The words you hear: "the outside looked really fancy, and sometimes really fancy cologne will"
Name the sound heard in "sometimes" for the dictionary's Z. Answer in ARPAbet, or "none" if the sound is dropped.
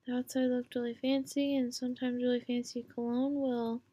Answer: Z